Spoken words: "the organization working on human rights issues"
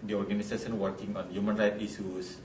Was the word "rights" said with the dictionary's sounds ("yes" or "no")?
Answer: no